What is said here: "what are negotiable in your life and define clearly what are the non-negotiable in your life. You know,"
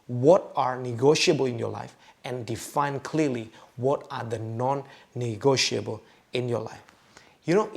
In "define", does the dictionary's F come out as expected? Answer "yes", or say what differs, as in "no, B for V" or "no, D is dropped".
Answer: yes